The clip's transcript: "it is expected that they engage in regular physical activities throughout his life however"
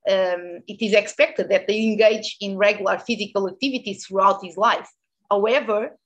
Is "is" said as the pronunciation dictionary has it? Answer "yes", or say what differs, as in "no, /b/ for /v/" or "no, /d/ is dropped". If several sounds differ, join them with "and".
yes